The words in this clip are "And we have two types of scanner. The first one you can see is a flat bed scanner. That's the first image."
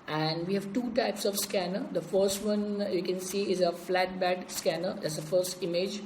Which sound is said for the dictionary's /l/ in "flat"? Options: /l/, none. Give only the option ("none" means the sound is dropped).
/l/